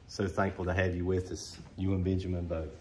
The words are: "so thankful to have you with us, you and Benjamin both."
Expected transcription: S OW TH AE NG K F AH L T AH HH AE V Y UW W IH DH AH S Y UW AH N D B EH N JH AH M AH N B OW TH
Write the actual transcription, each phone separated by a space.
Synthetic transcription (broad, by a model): S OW TH AE NG K F AH L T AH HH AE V Y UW W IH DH AH S Y UW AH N B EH N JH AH M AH N B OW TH